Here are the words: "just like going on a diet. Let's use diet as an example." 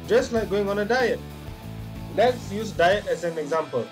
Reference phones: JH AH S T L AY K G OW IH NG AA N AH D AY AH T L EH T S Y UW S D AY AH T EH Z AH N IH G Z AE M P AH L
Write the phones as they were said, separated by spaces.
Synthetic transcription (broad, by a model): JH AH S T L AY K G OW IH NG AA N AH D AY AH T L EH T S Y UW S D AY AH T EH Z AH N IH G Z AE M P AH L